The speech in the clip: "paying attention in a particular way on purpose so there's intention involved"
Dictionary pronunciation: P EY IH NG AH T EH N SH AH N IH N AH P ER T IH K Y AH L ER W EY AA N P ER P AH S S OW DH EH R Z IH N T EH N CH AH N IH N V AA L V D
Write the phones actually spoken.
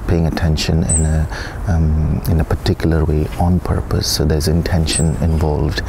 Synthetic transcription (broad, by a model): P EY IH NG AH T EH N SH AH N IH N AH P ER T IH K Y AH L ER W EY AA N P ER P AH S S OW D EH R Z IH N T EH N SH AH N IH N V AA L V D